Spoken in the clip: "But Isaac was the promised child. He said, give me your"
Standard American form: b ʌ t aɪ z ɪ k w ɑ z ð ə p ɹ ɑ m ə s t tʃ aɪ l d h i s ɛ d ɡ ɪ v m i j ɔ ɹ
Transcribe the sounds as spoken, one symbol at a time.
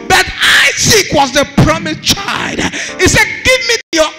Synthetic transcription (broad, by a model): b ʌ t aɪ s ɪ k w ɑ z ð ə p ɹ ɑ m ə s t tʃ aɪ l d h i s ɛ d ɡ ɪ v m i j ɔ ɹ